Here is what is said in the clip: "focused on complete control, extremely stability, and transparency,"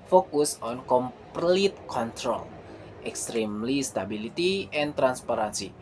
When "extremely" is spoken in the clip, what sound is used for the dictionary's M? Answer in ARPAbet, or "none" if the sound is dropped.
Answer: M